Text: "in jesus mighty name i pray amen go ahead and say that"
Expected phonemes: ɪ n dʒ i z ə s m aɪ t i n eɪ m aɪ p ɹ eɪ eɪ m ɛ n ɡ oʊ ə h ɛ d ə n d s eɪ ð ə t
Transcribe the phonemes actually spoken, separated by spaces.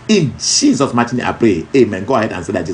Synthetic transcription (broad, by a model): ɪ n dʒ i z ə s m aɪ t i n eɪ aɪ p ɹ eɪ eɪ m ɛ n ɡ oʊ ə h ɛ d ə n s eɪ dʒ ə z